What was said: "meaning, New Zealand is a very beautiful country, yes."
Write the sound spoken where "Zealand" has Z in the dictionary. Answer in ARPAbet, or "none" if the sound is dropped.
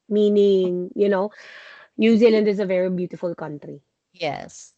Z